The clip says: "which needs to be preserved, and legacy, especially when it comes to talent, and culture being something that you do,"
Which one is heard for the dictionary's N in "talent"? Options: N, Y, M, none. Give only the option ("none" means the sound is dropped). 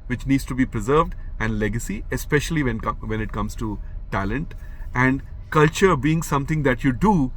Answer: N